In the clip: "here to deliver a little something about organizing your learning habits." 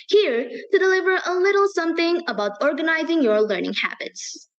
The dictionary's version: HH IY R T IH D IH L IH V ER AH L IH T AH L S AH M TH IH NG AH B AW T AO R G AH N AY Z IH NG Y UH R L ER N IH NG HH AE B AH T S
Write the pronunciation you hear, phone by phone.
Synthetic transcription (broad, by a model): HH IY R T IH D IH L IH V ER AH L IH T L S AH M TH IH NG AH B AW T AO R G AH N AY Z IH NG Y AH R L ER N IH NG HH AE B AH T S